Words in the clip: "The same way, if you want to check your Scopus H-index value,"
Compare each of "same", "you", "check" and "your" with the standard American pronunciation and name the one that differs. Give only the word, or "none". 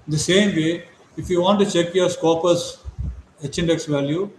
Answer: none